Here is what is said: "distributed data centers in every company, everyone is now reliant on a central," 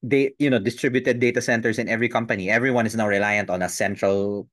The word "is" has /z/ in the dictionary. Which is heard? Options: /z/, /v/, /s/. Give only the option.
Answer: /s/